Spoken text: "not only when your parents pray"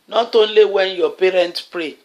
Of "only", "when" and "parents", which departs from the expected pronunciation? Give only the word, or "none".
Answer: parents